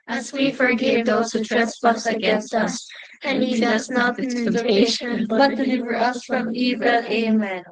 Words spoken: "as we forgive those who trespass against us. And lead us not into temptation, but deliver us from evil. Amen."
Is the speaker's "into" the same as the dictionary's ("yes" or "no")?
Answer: no